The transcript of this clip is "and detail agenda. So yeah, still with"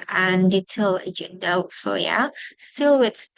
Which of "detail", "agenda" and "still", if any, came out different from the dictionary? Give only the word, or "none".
agenda